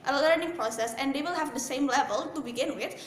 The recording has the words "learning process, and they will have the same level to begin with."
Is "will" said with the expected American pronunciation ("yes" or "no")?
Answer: yes